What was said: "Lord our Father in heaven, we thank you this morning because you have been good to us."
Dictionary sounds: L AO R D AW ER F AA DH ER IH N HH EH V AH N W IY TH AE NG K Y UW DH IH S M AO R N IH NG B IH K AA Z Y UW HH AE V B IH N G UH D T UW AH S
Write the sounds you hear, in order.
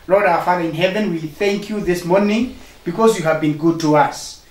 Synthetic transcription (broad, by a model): L AO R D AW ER F AA DH ER IH N HH EH V AH N W IY TH AE NG K Y UW DH IH S M AO R N IH NG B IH K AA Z Y UW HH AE V B IH N G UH D T UW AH S